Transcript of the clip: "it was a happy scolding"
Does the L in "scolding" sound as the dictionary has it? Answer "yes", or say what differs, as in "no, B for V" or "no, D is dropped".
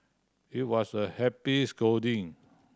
no, L is dropped